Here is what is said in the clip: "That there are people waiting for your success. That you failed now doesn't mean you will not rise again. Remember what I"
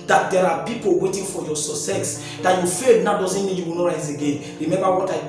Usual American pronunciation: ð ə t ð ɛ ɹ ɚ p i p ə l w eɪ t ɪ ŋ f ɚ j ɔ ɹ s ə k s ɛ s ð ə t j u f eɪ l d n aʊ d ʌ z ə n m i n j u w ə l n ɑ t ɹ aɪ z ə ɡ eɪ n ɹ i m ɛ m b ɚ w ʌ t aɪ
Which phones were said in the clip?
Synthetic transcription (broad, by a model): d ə t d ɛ ɹ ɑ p i p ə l w eɪ t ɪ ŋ f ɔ j ɔ s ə s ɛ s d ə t j u f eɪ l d n aʊ d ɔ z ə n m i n j u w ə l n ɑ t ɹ aɪ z ə ɡ eɪ n ɹ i m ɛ m b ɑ w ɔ t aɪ